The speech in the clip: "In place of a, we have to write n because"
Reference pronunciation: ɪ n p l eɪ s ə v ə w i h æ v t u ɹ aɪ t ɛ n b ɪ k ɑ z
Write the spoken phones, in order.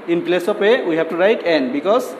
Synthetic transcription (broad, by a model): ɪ n p l eɪ s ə p ə w i h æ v t u ɹ aɪ t ɛ n b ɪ k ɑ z